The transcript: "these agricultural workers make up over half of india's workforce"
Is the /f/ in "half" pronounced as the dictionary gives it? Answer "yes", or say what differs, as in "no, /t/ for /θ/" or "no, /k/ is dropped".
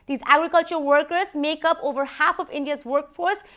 yes